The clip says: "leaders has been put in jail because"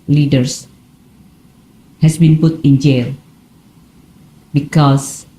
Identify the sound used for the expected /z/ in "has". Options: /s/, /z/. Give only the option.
/s/